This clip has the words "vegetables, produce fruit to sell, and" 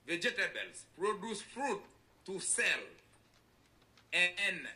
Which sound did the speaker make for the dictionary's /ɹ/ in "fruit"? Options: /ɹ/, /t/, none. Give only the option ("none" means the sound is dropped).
/ɹ/